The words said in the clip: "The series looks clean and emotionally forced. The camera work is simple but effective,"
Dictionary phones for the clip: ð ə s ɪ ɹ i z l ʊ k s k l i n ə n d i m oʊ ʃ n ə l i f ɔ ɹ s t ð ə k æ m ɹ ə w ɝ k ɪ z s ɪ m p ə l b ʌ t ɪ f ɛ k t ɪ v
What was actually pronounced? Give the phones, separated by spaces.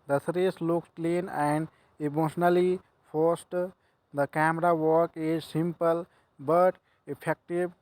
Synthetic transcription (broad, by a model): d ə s ɹ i s l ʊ k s k l i n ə n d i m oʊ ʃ n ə l i p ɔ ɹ s t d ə k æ m ɹ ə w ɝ k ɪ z s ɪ m p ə l b ʌ t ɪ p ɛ k t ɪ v